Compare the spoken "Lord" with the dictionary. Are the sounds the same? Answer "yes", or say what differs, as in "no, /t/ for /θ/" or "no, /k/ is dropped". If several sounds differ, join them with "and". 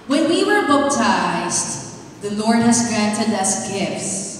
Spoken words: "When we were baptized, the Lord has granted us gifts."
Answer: yes